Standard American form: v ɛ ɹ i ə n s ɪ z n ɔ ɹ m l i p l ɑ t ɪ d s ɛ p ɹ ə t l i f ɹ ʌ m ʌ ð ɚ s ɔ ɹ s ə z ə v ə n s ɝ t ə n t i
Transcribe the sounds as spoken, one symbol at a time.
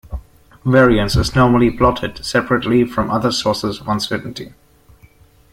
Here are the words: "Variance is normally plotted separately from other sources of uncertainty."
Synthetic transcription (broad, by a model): v ɛ ɹ i ə n s ɪ z n ɔ ɹ m l i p l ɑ t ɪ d s ɛ p ɹ ə t l i f ɹ ʌ m ʌ ð ɚ s ɔ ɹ s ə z ə v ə n s ɝ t n t i